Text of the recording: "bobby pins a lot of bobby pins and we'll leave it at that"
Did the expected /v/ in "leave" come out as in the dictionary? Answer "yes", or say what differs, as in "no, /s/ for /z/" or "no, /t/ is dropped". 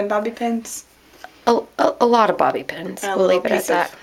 no, /v/ is dropped